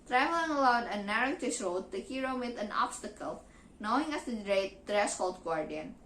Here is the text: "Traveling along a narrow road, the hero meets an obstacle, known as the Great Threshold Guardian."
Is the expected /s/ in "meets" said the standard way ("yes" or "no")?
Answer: no